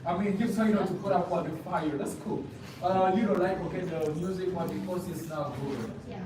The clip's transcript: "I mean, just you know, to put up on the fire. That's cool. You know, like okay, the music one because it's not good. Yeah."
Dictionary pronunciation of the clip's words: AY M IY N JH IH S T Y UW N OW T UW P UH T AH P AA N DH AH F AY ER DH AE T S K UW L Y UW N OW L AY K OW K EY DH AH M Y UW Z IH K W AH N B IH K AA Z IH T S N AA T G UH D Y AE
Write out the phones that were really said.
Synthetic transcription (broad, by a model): AY M IY N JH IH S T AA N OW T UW P UH T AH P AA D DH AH F AY ER DH AE T S K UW L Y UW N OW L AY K OW K EY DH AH M Y UW Z IH K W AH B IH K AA S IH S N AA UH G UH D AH